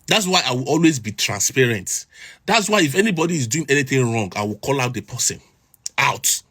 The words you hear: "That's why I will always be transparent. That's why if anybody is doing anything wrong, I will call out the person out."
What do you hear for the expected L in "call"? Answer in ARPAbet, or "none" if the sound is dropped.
L